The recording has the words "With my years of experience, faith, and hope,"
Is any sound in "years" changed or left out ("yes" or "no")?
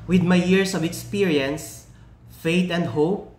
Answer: yes